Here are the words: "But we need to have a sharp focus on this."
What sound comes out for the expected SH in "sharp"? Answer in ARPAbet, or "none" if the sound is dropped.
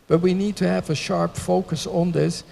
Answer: SH